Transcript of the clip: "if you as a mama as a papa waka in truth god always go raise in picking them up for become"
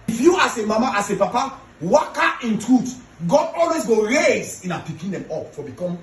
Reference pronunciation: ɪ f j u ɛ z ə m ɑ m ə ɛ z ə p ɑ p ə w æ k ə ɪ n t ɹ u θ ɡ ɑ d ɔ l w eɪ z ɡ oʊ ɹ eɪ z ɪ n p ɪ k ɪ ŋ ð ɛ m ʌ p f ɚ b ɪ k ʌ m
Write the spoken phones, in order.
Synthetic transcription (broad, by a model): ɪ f j u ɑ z ə m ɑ m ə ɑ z ə p ɑ p ə w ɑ k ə ɪ n t ɹ u t ɡ ɑ d ɔ l w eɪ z ɡ oʊ ɹ eɪ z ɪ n p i k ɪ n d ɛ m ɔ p f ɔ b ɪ k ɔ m